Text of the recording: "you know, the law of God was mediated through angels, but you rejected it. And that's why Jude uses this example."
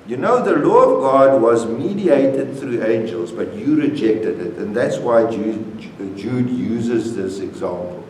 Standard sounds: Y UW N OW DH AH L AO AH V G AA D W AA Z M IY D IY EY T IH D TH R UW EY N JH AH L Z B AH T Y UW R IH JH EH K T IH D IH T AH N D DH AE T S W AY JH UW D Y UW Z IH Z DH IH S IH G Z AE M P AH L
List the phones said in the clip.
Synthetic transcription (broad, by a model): Y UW N OW DH AH L AO AH V G AA D W AA Z M IY D IY EY T IH D TH R UW EY N JH AH L Z B AH T Y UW R IH JH EH K T IH D IH T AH N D DH AE T S W AY JH UW D Y UW Z IH Z DH IH S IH G Z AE M P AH L